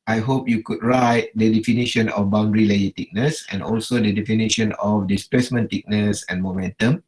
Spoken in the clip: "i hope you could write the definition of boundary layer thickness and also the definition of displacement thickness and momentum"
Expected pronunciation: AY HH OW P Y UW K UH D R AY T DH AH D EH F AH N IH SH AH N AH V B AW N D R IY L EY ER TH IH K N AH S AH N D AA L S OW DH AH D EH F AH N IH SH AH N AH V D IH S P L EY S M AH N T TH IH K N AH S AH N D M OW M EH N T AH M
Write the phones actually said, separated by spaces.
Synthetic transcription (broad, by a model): AY HH OW P Y UW K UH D R AY T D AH D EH F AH N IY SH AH N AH F B AW N D R IY L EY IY T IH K N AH S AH N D AA L S OW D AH D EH F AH N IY SH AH N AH F D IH S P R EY S M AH N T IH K N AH S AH N M OW M EH N T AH M